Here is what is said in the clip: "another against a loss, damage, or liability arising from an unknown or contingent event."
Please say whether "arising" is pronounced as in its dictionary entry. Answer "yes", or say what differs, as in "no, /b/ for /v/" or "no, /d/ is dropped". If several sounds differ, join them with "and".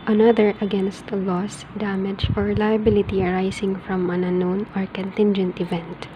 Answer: no, /s/ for /z/